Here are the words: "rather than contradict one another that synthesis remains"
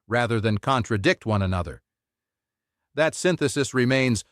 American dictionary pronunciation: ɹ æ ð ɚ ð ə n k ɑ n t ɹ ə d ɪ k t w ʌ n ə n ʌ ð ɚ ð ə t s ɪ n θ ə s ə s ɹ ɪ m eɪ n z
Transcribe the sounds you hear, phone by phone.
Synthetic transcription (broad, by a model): ɹ æ ð ɚ ð ə n k ɑ n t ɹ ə d ɪ k t w ʌ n ə n ʌ ð ɚ ð ə t s ɪ n θ ə s ə s ɹ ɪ m eɪ n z